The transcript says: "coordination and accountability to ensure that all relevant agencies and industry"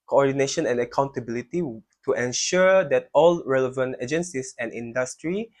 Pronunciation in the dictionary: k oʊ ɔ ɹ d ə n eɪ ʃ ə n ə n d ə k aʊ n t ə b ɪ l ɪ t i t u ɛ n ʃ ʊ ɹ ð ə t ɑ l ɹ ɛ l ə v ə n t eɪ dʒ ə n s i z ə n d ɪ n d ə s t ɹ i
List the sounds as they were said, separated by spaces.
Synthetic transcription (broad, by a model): k oʊ ɔ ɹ d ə n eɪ ʃ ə n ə n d ə k aʊ n t ə b ɪ l ɪ t i t u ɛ n ʃ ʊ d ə t ɑ l ɹ ɛ l ə v ə n t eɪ dʒ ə n s i s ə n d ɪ n d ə s t ɹ i